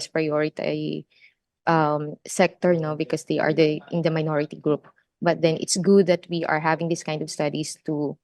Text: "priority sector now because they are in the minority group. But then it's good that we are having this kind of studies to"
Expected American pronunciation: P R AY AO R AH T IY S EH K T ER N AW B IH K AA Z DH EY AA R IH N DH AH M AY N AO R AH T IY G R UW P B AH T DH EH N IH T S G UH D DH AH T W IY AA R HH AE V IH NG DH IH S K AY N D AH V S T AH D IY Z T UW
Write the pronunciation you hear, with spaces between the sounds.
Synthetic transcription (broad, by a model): P R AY AO R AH T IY S EH K T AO N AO B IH K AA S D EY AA R IH N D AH M AY N AO R AH T IY G R UW P B AH T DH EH N IH T S G UH D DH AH T W IY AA R HH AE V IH NG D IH S K AY N D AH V S T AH D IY S T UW